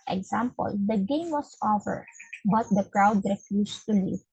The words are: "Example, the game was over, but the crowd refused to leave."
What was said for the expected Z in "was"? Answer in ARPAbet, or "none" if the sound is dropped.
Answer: S